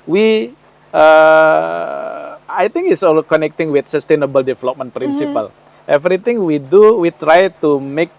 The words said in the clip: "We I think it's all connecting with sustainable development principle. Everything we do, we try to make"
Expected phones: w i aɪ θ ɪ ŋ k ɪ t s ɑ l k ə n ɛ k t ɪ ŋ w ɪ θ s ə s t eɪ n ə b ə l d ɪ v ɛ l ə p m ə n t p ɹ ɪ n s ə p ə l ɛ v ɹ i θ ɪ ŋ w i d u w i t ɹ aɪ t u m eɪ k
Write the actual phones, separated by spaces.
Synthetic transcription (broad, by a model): w i aɪ t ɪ ŋ k ɪ t s ɑ l k ə n ɛ k t ɪ ŋ w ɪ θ s ə s t eɪ n ə b ə l d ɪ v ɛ l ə p m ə n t p ɹ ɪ n s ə p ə l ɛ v ɹ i t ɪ ŋ w i d u w i t ɹ aɪ t u m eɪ k